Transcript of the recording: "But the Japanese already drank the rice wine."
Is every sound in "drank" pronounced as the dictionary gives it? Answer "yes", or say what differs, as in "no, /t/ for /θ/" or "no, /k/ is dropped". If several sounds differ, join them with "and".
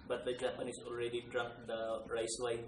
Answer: no, /ŋ/ is dropped